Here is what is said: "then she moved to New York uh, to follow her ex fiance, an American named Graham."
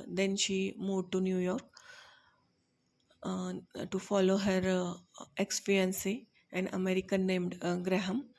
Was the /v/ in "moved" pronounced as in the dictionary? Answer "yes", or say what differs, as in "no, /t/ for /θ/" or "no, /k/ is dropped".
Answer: no, /v/ is dropped